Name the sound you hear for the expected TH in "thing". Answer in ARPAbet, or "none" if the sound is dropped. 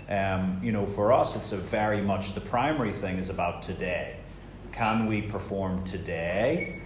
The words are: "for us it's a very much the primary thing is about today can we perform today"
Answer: TH